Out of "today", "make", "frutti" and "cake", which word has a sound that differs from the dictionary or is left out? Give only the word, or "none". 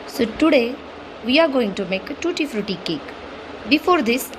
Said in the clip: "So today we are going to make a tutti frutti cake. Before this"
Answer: none